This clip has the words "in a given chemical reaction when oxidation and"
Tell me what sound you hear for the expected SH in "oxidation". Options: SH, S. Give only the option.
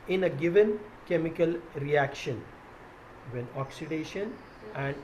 SH